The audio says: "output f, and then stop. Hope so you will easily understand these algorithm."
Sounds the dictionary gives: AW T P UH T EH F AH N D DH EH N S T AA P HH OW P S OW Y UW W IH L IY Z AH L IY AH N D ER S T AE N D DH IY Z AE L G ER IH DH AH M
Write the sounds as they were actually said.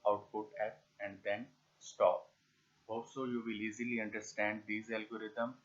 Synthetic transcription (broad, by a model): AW T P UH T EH P AH N D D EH N S T AA P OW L S OW Y UW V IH L IY Z AH L IY AH N D ER S T AE N D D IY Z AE L G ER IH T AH M